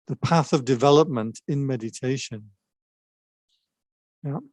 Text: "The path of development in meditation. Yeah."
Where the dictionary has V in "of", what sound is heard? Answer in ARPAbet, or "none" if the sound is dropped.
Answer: V